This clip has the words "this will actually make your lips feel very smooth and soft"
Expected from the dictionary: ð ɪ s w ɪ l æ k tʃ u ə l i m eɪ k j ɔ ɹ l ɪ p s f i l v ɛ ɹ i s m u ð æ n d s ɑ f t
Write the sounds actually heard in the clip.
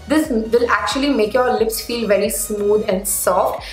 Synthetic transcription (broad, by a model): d ɪ s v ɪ l æ k tʃ u ə l i m eɪ k j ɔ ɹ l ɪ p s f i l v ɛ ɹ i s m u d æ n d s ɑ f t